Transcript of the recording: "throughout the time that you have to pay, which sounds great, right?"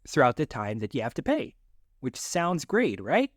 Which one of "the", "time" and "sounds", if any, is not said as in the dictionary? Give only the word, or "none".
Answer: none